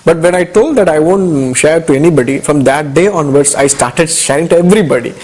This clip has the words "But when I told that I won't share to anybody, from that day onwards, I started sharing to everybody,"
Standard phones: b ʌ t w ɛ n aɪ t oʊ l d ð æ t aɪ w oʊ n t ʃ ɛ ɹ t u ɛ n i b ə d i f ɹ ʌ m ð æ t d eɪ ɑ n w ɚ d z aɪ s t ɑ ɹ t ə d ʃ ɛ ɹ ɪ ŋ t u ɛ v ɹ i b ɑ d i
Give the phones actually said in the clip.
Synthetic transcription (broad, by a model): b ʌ t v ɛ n aɪ t oʊ l d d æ t aɪ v oʊ n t ʃ ɛ ɹ t u ɛ n i b ə d i f ɹ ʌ m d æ t d eɪ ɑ n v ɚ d s aɪ s t ɑ ɹ t ə d ʃ ɛ ɹ ɪ ŋ t u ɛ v ɹ i b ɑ d i